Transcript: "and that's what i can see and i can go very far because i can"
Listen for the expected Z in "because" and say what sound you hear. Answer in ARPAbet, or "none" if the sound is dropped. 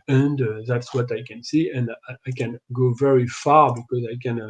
Z